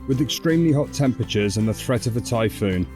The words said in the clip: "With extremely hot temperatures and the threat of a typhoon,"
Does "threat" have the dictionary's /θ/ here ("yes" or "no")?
yes